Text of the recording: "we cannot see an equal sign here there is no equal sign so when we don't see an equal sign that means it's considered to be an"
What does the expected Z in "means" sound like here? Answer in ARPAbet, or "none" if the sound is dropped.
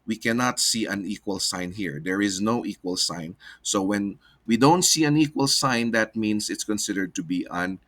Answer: S